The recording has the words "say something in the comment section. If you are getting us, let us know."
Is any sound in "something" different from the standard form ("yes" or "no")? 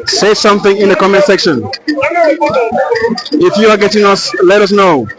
no